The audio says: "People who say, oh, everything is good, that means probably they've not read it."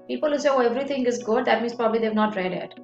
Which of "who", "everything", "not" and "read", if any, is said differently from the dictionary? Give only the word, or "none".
everything